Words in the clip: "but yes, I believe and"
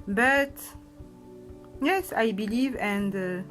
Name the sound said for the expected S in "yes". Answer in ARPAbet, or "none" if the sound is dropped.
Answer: S